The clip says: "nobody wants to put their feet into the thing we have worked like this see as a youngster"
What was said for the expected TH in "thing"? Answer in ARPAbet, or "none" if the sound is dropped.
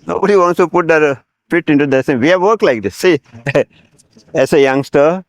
S